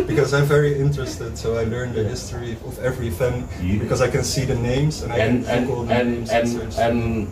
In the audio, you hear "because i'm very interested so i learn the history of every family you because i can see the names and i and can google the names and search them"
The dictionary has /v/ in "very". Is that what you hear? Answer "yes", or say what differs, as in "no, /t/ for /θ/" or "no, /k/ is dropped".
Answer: yes